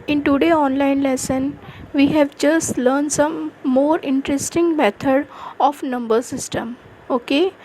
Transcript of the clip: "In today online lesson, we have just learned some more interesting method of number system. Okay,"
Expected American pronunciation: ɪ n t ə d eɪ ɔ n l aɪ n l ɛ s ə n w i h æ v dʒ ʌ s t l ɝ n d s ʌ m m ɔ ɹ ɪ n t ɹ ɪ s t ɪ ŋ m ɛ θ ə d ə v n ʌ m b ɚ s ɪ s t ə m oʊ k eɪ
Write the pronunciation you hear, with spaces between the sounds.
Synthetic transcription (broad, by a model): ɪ n t ə d eɪ ɔ n l aɪ n l ɛ s ə n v i h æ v dʒ ʌ s t l ɝ n d s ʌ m m ɔ ɹ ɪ n t ɹ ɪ s t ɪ ŋ m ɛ t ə d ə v n ʌ m b ɚ s ɪ s t ə m oʊ k eɪ